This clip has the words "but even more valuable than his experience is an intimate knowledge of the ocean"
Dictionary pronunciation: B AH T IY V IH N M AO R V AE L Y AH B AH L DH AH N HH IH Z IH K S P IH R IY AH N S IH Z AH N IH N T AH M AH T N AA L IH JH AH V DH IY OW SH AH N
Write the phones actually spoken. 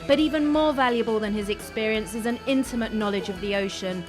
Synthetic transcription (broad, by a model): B AH T IY V IH N M AO V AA L Y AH B AH L DH AH N IH Z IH K S P IH R IY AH N S IH Z AH N IH N T AH M AH T N AA L IH JH AH V DH IY OW SH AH N